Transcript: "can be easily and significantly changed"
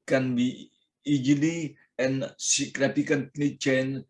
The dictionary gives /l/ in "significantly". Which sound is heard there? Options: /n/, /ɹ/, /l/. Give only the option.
/n/